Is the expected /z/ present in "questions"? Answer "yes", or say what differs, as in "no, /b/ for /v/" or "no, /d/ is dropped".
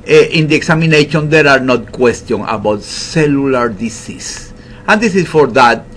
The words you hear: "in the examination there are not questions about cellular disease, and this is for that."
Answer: no, /z/ is dropped